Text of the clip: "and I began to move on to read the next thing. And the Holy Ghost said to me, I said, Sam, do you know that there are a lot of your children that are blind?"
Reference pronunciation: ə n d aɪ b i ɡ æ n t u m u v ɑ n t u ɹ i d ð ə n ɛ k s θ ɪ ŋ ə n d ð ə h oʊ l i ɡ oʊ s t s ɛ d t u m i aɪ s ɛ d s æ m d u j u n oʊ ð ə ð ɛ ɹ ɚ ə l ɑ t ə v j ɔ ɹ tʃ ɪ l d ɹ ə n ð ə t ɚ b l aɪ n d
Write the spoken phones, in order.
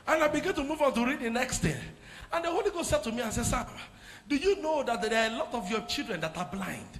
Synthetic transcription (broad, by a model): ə n aɪ b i ɡ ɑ n t u m u v ɑ n t u ɹ i d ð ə n ɛ k s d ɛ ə n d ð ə h oʊ l i ɡ oʊ s t s ɛ d t u m i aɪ s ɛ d s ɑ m d u j u n oʊ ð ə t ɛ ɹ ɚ ə l ɑ t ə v j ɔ tʃ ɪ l d ɹ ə n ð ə t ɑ b l aɪ n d